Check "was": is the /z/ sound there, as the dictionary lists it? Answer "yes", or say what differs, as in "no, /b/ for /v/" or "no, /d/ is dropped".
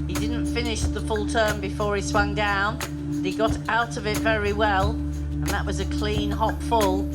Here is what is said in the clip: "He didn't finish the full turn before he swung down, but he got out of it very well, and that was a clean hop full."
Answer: yes